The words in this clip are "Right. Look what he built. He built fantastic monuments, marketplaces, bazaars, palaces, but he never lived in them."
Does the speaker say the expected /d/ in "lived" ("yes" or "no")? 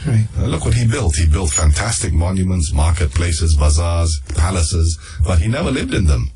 yes